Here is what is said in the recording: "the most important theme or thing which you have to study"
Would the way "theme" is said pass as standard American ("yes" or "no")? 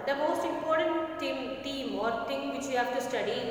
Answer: no